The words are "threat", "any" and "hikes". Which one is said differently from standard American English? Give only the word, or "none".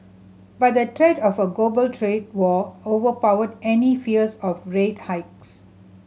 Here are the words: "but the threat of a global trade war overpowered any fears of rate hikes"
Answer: threat